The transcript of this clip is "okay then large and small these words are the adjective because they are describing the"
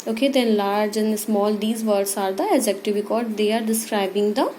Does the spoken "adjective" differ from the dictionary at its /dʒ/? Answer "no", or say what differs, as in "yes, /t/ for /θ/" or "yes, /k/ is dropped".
yes, /z/ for /dʒ/